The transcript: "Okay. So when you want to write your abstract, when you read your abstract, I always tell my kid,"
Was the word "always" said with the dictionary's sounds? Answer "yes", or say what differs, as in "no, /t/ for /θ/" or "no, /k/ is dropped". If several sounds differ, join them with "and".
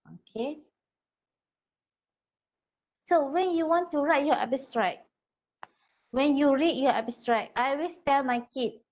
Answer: no, /s/ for /z/